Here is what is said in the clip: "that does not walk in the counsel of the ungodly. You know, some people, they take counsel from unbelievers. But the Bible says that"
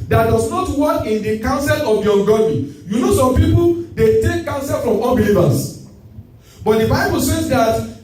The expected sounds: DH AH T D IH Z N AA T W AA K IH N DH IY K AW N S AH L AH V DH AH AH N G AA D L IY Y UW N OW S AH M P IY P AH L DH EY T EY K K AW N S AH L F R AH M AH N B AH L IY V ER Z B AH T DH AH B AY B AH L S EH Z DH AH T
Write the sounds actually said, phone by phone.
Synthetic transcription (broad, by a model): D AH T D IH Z N AA T W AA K IH N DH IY K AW N S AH L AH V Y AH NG G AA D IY Y UW N OW S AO M P IY P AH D EY T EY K K AW N S AH L F R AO M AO L B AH L IY V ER S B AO T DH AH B AY B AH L S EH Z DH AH T